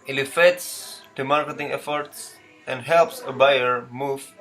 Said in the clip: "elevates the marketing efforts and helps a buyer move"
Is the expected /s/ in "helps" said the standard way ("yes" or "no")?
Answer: yes